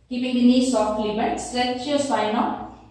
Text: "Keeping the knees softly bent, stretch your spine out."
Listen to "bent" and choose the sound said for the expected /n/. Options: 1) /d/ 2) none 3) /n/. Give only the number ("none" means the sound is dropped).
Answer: 2